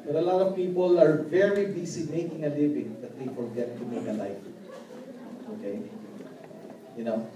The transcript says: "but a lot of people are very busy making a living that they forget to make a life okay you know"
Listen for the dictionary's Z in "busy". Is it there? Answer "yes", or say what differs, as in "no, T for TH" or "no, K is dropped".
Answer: no, S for Z